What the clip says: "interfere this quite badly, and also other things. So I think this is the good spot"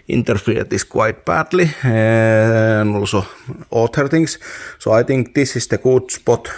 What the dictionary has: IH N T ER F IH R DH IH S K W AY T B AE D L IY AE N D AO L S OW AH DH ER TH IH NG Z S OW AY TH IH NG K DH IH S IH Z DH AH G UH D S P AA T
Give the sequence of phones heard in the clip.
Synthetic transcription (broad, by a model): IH N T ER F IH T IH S K W AY T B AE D L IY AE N AO L S OW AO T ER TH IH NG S S OW AY T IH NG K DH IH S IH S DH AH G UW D S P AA T